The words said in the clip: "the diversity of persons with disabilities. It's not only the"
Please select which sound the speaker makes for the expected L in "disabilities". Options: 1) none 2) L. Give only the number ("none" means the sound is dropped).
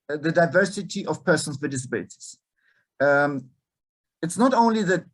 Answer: 1